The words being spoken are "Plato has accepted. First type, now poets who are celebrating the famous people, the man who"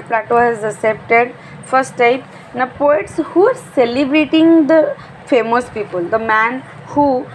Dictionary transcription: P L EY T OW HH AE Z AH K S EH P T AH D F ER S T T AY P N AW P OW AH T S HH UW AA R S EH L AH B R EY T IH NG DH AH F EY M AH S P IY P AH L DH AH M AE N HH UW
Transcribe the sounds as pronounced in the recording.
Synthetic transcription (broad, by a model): P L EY T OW HH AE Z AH S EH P T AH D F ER S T T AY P N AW P OW AH T S HH UW AA R S EH L AH B R EY T IH NG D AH F EY M AH S P IY P AH L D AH M AE N HH UW